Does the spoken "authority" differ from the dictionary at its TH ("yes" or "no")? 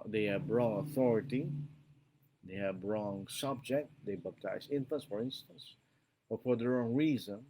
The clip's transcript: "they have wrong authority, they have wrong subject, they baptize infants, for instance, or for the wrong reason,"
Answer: no